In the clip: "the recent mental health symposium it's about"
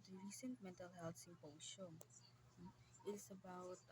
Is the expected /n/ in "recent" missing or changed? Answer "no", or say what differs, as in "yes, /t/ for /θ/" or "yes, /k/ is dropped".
no